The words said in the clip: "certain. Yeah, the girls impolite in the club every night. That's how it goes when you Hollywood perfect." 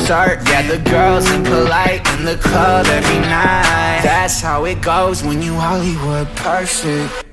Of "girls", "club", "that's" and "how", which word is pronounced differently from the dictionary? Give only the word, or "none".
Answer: club